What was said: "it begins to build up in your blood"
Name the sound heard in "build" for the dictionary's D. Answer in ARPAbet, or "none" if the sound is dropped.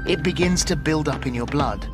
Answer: D